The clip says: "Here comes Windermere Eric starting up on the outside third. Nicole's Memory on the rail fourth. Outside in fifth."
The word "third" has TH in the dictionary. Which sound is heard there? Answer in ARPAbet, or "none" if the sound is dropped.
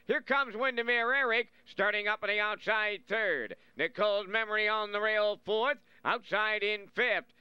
TH